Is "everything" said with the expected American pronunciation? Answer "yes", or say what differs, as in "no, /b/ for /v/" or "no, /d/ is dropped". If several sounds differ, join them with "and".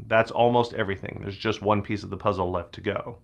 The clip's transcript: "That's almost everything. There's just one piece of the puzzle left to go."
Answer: yes